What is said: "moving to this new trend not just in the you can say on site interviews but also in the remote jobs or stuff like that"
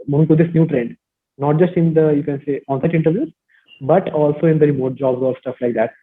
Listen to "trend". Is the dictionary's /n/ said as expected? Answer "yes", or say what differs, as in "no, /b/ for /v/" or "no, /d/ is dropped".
yes